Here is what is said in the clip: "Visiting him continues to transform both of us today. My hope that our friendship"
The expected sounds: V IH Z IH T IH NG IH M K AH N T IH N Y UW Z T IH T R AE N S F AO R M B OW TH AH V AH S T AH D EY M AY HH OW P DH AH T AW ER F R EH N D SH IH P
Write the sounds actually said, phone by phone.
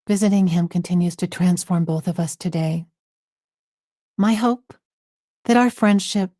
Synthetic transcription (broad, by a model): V IH Z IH T IH NG IH M K AH N T IH N Y UW Z T IH T R AE N S F AO R M B OW TH AH V AH S T AH D EY M AY HH OW P DH AH T AW ER F R EH N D SH IH P